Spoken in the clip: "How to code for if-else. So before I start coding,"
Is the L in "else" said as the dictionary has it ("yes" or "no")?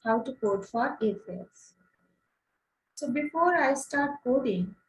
no